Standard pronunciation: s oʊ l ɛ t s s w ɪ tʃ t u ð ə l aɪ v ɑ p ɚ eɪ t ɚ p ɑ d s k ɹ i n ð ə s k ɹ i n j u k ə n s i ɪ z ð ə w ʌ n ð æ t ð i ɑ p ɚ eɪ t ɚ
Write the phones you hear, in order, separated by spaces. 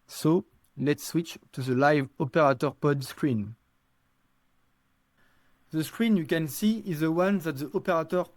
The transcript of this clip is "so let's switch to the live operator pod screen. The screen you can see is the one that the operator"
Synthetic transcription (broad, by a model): s oʊ l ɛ t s s w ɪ tʃ t u ð ə l aɪ v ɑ p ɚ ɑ t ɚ p ɑ d s k ɹ i n ð ə s k ɹ i n j u k ə n s i ɪ z ð ə w ʌ n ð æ t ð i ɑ p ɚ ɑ t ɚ